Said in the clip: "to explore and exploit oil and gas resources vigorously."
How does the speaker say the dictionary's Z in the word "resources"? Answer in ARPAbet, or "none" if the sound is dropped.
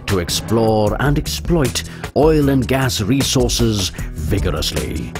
Z